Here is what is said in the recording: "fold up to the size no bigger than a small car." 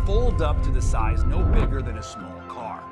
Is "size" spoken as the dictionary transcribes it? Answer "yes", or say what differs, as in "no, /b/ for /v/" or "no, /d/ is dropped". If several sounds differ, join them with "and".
yes